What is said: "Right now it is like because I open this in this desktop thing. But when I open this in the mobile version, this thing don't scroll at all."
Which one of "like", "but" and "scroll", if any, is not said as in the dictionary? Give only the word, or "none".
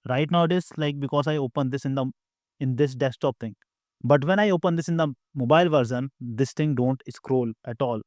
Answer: none